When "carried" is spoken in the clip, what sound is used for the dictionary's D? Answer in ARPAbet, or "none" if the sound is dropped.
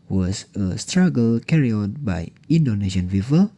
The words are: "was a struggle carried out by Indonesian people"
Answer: none